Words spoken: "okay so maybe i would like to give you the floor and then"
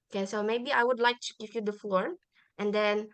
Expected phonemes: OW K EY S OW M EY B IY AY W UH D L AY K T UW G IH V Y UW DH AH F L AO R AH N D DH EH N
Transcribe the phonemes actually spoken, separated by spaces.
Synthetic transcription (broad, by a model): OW K EY S OW M EY B IY AY W UH D L AY K T UW G IH V Y UW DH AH F L AO R AH N D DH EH N